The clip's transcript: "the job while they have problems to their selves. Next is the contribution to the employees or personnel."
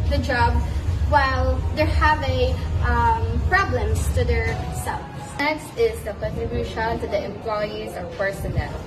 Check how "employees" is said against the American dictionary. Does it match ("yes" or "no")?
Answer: yes